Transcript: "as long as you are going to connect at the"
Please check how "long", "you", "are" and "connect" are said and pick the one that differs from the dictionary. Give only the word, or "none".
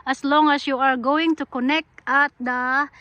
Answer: none